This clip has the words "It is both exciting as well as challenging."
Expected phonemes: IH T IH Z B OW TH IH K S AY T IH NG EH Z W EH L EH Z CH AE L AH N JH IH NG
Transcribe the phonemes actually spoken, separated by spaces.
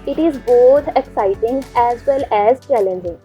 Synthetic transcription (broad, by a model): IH T IH Z B OW T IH K S AY T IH NG EH Z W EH L EH Z CH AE L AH N JH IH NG